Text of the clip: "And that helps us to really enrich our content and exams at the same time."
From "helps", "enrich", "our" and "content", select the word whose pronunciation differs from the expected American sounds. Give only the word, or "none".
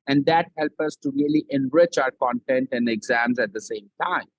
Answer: helps